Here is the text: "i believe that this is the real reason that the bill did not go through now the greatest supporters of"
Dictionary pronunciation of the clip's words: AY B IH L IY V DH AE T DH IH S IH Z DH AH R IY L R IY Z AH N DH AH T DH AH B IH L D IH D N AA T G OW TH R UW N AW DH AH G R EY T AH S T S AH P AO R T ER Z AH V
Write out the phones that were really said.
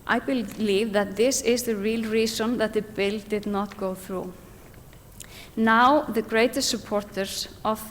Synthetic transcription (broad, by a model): AY B IH L IY V DH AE T DH IH S IH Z DH AH R IY L R IY S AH N DH AH T DH AH B IH L D IH D N AA T G OW TH R UW N AW DH AH G R EY T AH S T S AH P AO R T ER S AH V